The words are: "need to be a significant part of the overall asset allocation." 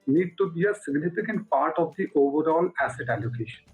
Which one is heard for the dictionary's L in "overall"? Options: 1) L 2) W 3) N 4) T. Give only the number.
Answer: 1